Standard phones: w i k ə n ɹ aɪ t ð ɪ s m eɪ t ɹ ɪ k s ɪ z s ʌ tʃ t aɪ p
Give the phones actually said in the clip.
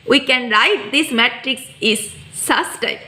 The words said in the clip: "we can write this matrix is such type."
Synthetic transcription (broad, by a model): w i k ə n ɹ aɪ t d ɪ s m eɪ t ɹ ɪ k s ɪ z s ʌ s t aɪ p